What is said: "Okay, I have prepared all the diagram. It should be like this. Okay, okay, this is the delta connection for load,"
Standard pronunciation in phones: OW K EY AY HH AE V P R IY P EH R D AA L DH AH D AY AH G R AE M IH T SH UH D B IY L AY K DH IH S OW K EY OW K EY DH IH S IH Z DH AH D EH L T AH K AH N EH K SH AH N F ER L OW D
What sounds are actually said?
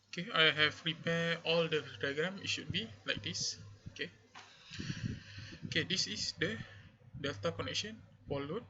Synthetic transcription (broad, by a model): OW K EY AY HH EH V R IY P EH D AA L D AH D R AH G R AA M IH T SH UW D B IY L AY K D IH S OW K EY OW K EY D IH S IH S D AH D EH L T AH K AH N EH K SH AH N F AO L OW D